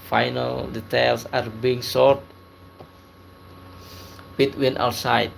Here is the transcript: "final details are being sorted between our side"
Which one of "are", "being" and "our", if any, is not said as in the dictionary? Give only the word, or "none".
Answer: our